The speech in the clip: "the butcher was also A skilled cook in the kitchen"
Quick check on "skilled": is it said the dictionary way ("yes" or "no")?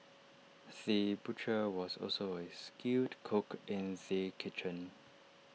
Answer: no